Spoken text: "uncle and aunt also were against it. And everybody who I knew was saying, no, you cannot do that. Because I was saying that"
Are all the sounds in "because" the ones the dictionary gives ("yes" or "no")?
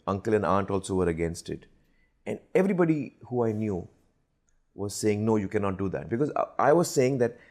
yes